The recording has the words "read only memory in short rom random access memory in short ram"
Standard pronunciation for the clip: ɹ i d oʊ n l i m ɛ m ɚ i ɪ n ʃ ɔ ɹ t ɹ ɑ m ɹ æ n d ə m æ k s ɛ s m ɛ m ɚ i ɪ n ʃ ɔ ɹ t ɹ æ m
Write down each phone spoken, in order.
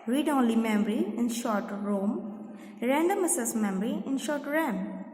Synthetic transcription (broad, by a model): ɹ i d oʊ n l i m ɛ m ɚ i ɪ n ʃ ɔ ɹ t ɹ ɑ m ɹ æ n d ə m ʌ s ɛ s m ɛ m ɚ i ɪ n ʃ ɔ ɹ t ɹ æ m